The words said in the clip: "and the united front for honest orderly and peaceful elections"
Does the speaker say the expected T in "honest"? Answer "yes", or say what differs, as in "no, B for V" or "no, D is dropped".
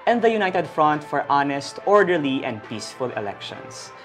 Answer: yes